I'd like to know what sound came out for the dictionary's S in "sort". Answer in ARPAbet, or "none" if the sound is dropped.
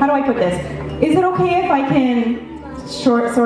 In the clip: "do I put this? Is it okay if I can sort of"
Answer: SH